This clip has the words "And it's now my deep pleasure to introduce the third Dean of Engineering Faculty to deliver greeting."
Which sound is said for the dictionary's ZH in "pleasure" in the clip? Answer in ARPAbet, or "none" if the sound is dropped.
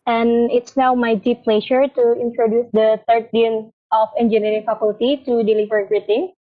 SH